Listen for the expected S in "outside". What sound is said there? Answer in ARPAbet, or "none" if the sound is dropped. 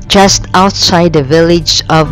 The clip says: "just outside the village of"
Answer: S